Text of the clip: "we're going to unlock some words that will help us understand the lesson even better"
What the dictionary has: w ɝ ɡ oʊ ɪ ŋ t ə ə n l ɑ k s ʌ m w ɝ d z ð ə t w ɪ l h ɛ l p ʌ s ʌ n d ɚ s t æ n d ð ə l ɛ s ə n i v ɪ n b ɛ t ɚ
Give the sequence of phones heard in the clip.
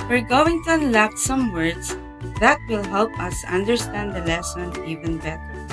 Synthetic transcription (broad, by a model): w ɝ ɡ oʊ ɪ ŋ t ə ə n l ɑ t s ʌ m w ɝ d s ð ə t w ɪ l h ɛ l p ʌ s ʌ n d ɚ s t æ n d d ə l ɛ s ə n i v ɪ n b ɛ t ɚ